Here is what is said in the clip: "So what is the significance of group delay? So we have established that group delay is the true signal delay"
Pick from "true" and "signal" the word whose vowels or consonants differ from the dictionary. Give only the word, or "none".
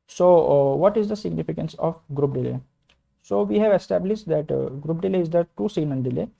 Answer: signal